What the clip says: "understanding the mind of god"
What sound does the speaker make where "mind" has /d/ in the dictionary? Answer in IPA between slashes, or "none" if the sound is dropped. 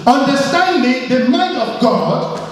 none